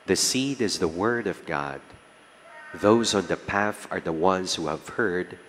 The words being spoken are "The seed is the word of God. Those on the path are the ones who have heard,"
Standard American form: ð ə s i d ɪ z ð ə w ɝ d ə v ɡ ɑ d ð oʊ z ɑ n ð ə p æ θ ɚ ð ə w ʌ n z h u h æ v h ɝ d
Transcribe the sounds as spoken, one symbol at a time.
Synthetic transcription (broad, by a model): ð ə s i d ɪ z ð ə w ɝ d ə v ɡ ɑ d ð oʊ z ɑ n ð ə p æ θ ɚ ð ə w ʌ n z h u h æ v h ɝ d